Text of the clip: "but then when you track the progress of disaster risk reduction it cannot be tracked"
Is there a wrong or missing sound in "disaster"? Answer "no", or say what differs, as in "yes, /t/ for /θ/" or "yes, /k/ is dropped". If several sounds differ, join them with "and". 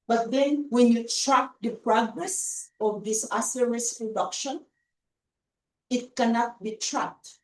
yes, /s/ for /z/